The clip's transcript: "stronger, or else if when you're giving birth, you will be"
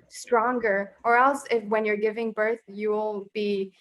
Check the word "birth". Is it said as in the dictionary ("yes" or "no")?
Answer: yes